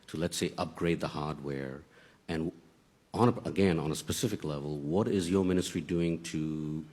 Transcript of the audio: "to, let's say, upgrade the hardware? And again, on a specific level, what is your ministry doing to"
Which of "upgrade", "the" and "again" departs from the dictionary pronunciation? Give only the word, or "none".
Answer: none